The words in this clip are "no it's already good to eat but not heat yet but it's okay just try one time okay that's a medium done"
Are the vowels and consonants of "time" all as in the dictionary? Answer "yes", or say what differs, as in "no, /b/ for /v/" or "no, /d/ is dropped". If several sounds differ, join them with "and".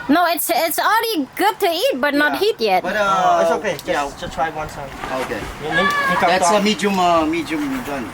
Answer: no, /s/ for /t/ and /m/ is dropped